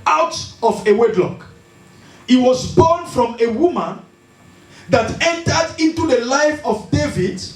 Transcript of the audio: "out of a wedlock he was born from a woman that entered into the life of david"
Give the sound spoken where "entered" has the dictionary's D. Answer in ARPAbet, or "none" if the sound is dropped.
D